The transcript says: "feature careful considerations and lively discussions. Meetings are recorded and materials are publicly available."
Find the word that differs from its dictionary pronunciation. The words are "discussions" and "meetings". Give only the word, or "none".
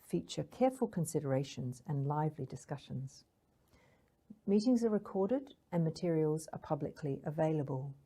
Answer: none